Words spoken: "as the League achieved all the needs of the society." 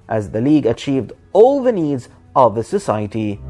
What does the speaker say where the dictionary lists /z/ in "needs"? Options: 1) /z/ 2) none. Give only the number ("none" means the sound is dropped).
1